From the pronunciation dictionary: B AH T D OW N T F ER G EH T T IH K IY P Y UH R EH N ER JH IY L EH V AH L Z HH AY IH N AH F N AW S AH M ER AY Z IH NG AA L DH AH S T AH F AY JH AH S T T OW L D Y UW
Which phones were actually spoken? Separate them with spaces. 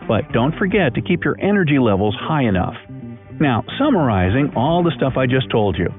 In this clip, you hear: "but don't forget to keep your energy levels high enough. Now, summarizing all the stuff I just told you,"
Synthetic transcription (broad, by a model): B AH T D OW N T F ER G EH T T IH K IY P Y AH R EH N ER JH IY L EH V L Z HH AY IH N AH F N AW S AH M ER AY Z IH NG AA L DH AH S T AH F AY JH AH S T T OW L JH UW